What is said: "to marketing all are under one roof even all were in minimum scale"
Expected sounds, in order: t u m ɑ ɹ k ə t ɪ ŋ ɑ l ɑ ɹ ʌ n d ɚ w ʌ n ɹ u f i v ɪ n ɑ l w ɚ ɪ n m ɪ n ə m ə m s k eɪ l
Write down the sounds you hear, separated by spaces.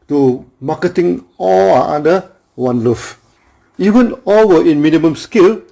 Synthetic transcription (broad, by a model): t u m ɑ k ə t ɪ ŋ ɑ l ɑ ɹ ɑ d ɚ w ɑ n l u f i v ɪ n ɑ l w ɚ ɪ n m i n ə m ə m s k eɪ l